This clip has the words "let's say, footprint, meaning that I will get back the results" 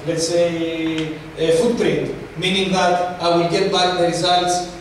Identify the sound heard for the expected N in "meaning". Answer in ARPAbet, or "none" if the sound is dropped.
N